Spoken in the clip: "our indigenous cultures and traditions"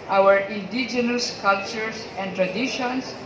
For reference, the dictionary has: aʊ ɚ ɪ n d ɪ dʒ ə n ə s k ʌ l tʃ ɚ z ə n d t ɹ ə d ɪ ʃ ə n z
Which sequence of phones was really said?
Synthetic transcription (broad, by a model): aʊ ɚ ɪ n d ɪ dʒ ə n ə s k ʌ l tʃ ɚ s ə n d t ɹ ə d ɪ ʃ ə n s